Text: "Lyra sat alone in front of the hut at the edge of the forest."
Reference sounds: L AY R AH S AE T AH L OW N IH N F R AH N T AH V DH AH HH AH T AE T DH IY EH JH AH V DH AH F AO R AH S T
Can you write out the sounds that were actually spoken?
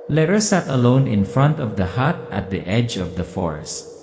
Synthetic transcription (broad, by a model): L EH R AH S AE T AH L OW N IH N F R AH N T AH V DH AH HH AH T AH T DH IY EH JH AH V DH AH F AO R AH S T